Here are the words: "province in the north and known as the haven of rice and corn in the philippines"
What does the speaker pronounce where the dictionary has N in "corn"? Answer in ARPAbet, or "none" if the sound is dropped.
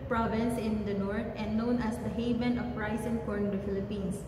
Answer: none